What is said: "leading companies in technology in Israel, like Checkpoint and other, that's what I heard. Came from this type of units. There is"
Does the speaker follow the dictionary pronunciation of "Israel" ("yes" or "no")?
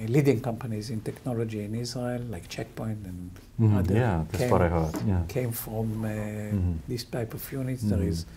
no